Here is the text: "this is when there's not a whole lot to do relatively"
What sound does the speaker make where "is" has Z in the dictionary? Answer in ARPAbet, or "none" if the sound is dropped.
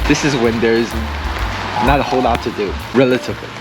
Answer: Z